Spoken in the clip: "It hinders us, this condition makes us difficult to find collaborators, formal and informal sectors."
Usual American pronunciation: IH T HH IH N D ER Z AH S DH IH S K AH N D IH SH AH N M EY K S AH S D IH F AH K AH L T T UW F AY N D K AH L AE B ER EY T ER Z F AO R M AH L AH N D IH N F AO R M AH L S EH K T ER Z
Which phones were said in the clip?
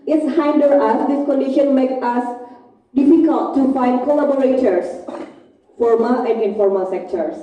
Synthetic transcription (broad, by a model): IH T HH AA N D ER AH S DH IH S K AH N D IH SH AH N M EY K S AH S D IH F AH K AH L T T UW F AY N D K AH L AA B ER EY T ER S F AO R M AH L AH N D IH N F AO R M AH L S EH K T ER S